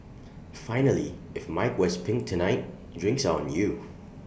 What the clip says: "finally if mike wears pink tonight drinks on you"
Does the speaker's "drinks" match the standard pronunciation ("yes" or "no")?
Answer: yes